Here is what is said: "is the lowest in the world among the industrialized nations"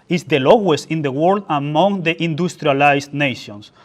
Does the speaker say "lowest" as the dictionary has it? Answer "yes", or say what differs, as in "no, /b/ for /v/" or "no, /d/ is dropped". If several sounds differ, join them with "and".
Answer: no, /t/ is dropped